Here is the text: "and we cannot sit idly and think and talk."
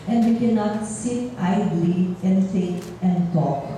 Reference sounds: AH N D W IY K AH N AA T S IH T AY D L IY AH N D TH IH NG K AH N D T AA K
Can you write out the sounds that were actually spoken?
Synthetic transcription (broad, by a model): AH N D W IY K AH N AA T S IH T AY D L IY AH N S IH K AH N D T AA K